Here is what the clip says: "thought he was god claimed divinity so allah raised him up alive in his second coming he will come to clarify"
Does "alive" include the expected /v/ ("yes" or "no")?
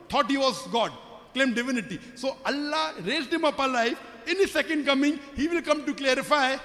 no